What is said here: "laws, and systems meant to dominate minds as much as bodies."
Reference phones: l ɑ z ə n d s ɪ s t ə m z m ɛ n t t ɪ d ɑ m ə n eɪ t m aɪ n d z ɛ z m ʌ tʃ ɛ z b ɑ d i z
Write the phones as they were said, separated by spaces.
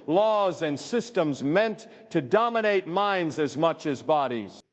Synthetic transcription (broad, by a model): l ɑ z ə n s ɪ s t ə m z m ɛ n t t ɪ d ɑ m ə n eɪ t m aɪ n d z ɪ z m ʌ tʃ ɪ z b ɑ d i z